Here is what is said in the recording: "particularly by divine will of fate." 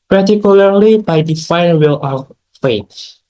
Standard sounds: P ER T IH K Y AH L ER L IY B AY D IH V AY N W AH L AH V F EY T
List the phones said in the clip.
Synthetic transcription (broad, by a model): P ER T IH K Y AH L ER L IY B AY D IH F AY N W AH L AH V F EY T